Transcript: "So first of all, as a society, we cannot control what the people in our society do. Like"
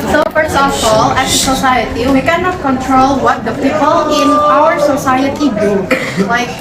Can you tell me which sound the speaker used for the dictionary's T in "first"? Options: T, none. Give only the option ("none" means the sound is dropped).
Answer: none